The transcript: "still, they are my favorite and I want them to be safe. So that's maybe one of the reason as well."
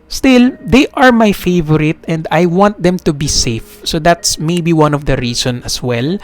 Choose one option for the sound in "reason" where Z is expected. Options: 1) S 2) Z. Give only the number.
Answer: 1